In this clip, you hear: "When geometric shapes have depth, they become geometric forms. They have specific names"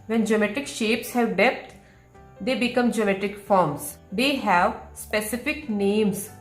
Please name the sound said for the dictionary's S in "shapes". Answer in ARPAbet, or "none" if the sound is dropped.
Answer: S